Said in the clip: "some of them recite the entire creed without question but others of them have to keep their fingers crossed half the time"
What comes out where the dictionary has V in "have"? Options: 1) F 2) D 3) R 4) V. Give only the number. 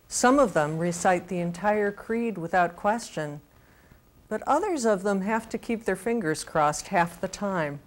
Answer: 1